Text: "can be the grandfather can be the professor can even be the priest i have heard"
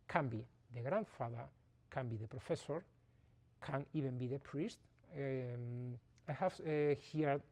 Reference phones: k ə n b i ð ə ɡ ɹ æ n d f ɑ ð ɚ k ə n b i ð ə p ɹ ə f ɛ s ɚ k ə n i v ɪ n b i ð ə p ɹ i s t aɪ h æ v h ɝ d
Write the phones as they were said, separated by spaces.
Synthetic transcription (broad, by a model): k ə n b i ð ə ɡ ɹ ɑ n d f ɑ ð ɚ k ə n b i ð ə p ɹ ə f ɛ s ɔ k ə n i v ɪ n b i ð ə p ɹ i s t aɪ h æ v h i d